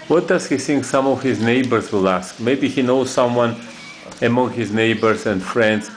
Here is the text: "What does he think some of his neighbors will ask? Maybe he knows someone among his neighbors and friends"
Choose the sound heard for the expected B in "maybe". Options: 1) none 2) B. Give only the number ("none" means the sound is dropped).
2